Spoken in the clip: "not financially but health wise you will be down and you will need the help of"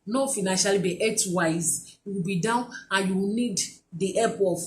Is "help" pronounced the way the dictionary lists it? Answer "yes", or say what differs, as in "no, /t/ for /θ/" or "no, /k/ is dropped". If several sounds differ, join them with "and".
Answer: no, /l/ is dropped